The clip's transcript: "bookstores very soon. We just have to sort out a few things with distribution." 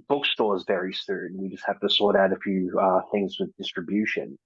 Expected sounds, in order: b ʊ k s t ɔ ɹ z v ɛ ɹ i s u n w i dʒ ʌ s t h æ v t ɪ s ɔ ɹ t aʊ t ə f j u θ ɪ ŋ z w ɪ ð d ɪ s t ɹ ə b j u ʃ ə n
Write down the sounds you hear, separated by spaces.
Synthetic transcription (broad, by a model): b ʊ k s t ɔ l z v ɛ ɹ i s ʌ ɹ w i dʒ ʌ s t h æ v t ɪ s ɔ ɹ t aʊ t ə f j u θ ɪ ŋ z w ɪ ð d ɪ s t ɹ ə b j u ʃ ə n